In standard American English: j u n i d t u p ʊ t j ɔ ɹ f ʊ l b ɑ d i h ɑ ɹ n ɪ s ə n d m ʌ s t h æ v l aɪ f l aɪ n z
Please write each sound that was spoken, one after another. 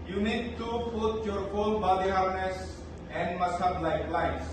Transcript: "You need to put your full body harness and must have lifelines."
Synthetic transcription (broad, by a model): j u n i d t u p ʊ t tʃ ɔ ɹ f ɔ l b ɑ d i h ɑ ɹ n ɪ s ə n d m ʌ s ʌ b l aɪ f l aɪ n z